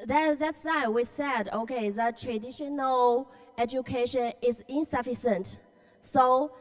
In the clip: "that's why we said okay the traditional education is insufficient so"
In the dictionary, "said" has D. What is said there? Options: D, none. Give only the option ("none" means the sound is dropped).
D